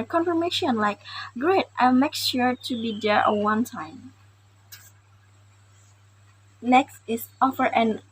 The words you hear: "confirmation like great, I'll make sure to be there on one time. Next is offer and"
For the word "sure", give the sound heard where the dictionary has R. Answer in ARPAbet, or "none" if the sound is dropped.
R